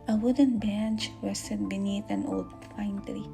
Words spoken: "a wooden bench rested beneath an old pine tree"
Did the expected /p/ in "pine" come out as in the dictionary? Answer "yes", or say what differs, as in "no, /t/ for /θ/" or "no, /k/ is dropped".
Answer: no, /f/ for /p/